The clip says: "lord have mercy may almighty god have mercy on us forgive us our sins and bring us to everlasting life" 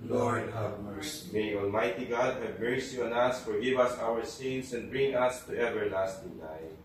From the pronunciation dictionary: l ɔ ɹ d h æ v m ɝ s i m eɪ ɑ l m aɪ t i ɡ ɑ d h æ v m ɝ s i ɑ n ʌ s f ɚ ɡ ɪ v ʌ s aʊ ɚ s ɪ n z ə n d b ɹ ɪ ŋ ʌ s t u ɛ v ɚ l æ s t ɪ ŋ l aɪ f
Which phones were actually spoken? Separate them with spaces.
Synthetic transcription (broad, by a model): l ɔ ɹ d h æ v m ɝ s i m eɪ ɑ l m aɪ t i ɡ ɑ d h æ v m ɝ s i ɑ n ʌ s f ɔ ɡ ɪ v ʌ s aʊ ɚ s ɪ n s ə n d b ɹ ɪ ŋ ʌ s t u ɛ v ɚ l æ s t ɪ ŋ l aɪ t